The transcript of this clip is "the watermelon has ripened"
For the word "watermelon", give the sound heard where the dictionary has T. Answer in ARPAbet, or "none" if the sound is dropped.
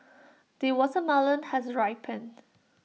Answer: S